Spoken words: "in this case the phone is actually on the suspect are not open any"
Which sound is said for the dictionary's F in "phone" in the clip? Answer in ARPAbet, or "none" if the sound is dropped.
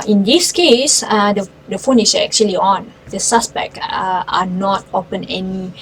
F